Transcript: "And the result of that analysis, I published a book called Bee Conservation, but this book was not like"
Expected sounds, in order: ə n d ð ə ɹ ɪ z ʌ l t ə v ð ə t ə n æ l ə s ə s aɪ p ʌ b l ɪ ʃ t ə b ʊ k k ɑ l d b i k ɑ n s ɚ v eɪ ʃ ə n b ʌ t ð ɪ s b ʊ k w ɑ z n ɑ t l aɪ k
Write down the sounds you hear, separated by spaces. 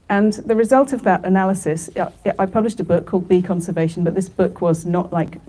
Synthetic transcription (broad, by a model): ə n ð ə ɹ ɪ z ʌ l t ə v ð ə t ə n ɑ l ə s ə s aɪ p ʌ b l ɪ ʃ t ə b ʊ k k ɑ l d b i k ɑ n s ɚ v eɪ ʃ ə n b ʌ t ð ɪ s b ʊ k w ɑ z n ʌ t l aɪ k